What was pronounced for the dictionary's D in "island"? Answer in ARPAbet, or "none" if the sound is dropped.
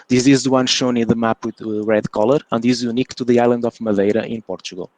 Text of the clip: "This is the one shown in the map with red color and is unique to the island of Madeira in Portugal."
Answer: D